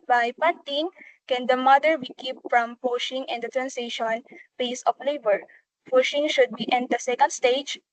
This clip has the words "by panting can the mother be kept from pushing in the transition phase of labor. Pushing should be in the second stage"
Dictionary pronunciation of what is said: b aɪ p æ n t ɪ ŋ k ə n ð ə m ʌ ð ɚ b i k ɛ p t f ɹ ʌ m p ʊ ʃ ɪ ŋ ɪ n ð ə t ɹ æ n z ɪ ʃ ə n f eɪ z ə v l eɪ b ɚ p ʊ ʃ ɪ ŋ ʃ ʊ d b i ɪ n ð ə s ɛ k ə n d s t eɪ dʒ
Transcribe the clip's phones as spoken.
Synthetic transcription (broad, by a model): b aɪ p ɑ n t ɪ ŋ k ə n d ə m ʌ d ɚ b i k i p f ɹ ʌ m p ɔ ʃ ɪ ŋ ɪ n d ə t ɹ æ n s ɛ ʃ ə n p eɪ s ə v l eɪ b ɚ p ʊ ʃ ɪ ŋ ʃ ʊ d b i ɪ n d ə s ɛ k ə n d s t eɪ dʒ